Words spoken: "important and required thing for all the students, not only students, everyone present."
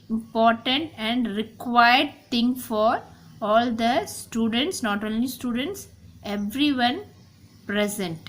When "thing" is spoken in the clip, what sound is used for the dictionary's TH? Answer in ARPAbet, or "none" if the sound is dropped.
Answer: T